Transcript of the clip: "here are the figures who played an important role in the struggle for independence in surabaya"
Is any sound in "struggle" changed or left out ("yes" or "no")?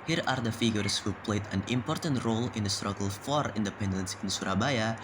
no